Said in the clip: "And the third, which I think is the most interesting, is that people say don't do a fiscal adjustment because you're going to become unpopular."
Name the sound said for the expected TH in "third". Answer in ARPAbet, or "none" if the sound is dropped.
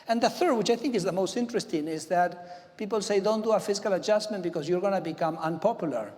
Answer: TH